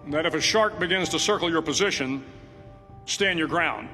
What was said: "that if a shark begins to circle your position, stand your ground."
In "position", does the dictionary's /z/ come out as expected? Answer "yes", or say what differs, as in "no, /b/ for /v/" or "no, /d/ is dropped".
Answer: yes